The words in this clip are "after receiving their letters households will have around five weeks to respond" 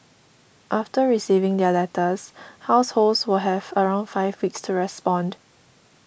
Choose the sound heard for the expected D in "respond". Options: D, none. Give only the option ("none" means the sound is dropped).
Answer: D